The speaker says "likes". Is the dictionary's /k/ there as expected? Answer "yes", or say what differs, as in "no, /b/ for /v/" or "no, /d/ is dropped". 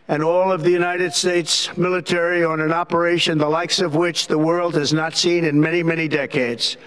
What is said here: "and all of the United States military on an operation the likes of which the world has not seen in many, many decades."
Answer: yes